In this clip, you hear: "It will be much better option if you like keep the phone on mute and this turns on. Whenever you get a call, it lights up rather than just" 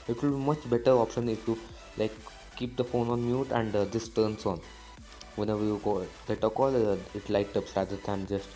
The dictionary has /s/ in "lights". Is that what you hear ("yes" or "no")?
no